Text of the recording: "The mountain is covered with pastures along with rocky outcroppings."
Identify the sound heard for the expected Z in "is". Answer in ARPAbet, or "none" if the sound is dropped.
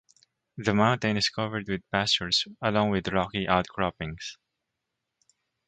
S